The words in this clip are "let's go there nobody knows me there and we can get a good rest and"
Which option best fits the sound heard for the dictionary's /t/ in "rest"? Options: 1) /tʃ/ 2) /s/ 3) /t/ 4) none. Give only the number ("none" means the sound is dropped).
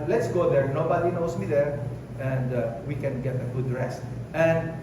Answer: 4